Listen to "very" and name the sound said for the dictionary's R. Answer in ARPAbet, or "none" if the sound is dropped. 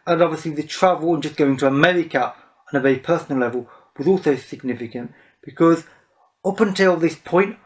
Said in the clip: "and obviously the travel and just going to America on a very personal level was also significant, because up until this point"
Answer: none